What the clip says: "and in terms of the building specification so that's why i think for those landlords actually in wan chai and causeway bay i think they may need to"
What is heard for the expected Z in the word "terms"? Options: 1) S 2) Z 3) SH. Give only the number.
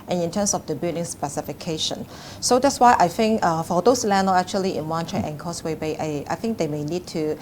1